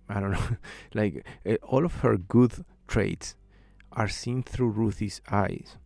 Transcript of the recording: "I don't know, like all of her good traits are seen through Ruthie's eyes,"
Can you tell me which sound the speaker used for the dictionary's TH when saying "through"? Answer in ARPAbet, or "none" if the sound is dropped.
TH